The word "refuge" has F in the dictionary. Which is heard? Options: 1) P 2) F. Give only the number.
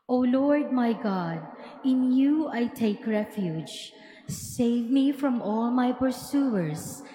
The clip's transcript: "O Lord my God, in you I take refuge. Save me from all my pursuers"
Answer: 2